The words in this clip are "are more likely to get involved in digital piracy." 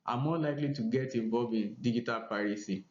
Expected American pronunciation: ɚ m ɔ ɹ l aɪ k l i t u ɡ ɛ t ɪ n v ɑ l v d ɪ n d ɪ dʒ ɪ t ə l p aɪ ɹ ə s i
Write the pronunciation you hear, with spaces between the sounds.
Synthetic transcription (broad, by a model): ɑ m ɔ l aɪ k l i t u ɡ ɛ t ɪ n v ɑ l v ɪ n d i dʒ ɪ t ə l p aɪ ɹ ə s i